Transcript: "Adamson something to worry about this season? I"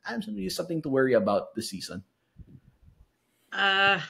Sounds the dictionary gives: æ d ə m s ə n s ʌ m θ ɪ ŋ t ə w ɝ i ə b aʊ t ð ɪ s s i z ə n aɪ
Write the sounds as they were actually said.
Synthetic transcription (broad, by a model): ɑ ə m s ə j s ʌ m θ ɪ ŋ t ə w ɝ i ə b aʊ t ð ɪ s s i z ə n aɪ